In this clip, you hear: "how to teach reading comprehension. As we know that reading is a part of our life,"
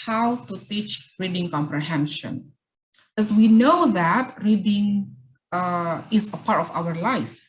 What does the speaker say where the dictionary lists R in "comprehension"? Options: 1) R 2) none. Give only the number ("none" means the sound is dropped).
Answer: 1